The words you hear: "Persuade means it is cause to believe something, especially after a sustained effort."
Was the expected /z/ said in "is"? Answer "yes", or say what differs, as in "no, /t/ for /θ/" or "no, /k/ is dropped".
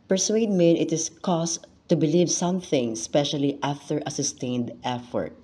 no, /s/ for /z/